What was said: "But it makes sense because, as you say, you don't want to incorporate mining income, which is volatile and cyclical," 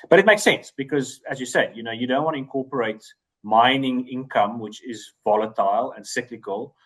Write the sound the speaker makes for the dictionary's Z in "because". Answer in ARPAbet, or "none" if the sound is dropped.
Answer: Z